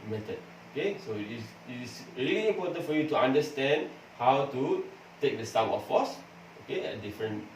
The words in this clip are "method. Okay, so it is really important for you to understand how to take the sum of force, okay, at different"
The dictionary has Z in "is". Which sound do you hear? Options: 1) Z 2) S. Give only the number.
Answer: 2